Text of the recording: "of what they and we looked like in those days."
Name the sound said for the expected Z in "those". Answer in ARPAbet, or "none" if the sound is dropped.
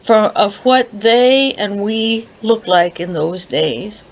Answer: Z